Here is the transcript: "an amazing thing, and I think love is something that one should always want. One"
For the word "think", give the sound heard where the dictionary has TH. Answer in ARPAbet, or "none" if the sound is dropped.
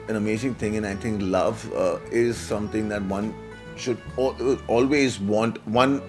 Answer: T